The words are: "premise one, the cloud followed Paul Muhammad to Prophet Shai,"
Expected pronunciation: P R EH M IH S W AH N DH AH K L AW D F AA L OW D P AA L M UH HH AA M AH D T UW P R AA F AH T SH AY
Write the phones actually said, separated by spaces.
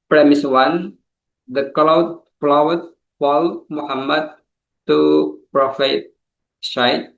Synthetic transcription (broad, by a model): P R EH M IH S W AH N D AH K L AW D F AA W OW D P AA L M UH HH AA M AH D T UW P R AA F AH T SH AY